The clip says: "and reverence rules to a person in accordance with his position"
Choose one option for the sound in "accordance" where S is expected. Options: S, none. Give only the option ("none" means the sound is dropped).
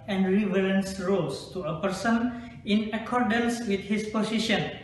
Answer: S